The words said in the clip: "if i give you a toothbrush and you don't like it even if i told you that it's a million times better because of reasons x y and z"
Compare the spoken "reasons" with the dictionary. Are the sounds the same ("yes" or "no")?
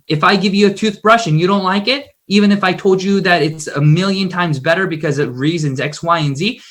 yes